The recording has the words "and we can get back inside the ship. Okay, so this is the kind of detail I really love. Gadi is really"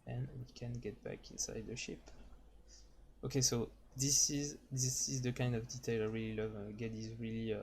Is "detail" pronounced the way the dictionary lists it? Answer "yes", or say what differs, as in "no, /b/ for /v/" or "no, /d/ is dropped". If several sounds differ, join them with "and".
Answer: yes